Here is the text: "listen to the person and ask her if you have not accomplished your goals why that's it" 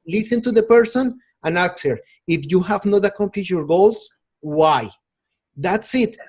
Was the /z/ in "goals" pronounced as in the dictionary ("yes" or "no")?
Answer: no